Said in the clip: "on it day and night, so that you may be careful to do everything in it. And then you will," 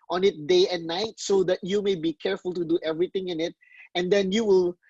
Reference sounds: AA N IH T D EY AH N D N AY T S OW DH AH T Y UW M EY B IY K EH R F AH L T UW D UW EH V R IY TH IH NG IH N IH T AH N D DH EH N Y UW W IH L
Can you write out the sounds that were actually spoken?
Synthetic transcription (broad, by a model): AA N IH T D EY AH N N AY T S OW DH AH T Y UW M EY B IY K EH R F AH L T UW D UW EH V R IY T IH NG IH N IH T AH N D EH N Y UW W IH L